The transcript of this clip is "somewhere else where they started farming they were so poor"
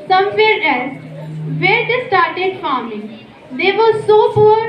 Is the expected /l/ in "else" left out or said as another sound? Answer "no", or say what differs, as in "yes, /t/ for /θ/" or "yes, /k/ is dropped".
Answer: yes, /l/ is dropped